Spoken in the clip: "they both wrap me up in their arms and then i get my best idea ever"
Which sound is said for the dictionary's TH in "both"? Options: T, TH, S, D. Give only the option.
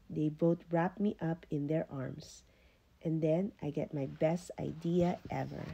T